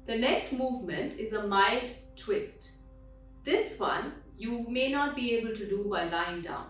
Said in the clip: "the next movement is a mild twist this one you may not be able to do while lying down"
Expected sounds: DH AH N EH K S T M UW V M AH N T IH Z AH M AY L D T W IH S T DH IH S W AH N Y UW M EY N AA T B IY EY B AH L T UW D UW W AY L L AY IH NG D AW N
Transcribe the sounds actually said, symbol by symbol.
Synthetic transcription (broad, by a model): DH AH N EH K S T M UW V M AH N T IH Z AH M AY L D T W IH S T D IH S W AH N Y UW M EY N AA T B IY EY B AH L T UW D UW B AY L L AY IH NG D AW N